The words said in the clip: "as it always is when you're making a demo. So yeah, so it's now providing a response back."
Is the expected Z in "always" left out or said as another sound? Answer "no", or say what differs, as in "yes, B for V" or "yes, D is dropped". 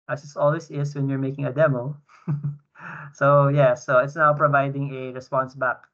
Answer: yes, S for Z